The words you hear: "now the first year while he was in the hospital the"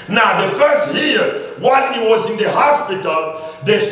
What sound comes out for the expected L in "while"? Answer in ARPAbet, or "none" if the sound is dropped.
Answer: N